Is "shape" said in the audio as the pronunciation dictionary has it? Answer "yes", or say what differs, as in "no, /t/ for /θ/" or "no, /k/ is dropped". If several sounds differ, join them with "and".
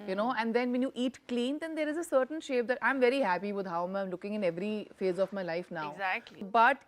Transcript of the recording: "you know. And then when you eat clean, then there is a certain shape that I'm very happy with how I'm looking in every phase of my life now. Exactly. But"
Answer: yes